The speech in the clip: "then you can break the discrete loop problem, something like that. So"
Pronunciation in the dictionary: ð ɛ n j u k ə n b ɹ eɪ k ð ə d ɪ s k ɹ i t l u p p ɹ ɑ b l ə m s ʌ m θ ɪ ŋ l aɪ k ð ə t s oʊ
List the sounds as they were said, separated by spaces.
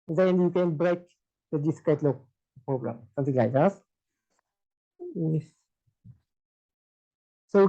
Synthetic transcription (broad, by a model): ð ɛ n j u k ə n b ɹ eɪ k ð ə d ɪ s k ɛ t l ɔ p p ɹ ɑ b l ə m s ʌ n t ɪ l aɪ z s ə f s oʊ